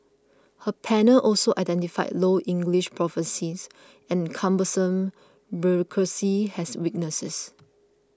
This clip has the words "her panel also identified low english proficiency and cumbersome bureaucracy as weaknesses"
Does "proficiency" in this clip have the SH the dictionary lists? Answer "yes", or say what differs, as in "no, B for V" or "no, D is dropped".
no, S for SH